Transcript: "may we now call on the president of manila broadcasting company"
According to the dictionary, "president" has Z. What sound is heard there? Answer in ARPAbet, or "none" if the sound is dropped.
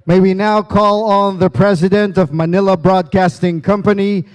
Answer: Z